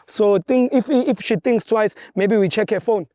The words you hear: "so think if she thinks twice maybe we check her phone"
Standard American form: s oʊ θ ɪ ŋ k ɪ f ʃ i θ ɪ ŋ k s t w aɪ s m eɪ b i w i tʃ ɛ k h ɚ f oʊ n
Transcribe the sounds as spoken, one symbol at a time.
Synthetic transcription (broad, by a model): s oʊ t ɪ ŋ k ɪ f ʃ i t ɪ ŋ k s t w aɪ s m eɪ b i w i tʃ ɛ k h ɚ f oʊ n